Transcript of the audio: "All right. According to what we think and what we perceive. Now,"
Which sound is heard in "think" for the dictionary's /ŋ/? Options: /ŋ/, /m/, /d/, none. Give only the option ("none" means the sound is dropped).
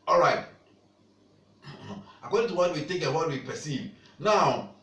none